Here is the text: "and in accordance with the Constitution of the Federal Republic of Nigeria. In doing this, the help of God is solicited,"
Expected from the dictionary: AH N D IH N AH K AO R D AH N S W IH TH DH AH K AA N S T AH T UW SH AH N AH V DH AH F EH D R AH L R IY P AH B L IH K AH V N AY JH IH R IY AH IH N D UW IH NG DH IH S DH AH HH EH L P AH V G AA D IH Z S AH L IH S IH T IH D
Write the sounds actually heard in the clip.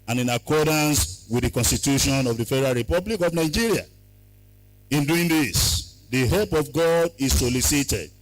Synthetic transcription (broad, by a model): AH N IH N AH K AO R D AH N S W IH DH AH K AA N S T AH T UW SH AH N AH V DH AH F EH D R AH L R IY P AH B L IH K AH V N AY JH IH R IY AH IH N D UW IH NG DH IH S DH AH HH EH L P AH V G AA D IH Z S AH L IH S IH T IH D